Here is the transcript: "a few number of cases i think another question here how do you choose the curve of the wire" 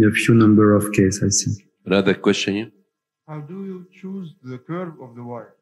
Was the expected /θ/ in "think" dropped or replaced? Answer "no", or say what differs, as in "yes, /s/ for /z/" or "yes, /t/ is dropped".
yes, /s/ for /θ/